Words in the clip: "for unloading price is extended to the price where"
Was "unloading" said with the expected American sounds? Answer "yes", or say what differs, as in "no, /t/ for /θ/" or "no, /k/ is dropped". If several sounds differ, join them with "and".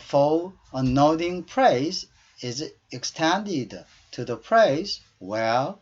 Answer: no, /l/ is dropped